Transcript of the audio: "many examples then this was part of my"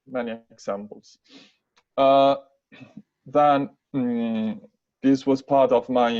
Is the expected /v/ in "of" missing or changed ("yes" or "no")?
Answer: no